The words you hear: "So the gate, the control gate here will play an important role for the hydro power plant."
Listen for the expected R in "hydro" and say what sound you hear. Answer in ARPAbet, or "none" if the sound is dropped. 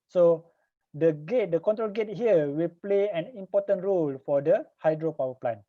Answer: R